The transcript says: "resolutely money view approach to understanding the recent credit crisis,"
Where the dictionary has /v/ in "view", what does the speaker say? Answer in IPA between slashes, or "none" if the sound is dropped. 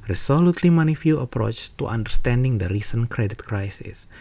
/f/